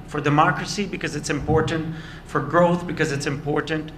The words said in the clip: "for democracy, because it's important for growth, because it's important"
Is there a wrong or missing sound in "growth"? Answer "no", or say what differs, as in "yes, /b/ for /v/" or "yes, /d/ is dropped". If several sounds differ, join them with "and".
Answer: no